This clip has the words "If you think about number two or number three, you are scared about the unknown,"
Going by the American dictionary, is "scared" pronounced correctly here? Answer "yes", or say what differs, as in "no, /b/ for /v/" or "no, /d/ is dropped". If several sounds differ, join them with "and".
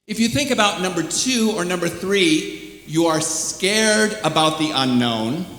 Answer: yes